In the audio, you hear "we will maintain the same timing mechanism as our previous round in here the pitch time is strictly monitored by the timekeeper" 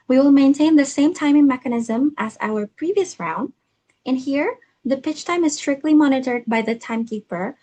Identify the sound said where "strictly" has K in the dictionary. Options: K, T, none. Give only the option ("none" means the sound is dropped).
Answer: K